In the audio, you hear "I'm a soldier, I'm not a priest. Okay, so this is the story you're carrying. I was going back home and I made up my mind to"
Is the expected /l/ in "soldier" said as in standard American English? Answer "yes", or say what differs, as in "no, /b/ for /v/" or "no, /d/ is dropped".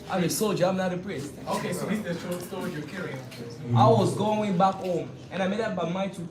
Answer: yes